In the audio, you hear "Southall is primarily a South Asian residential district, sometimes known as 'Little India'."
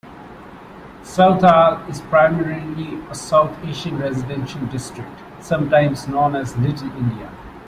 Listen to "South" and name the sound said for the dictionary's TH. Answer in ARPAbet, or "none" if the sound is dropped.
T